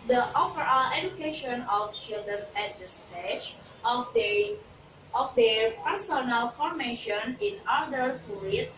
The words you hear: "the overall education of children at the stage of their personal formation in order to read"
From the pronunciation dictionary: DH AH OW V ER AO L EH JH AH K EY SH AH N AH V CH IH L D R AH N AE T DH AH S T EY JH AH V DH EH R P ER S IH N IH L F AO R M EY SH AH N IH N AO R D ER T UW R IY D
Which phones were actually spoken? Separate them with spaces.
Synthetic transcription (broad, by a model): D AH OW F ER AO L EH JH AH K EY SH AH N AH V CH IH L D R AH N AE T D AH S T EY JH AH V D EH R P ER S IH N IH L F AO R M EY SH AH N IH N AO R D ER T UW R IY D